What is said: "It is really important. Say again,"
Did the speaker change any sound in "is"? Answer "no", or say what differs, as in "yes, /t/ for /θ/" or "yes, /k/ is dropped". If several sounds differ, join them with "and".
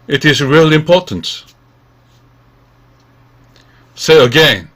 no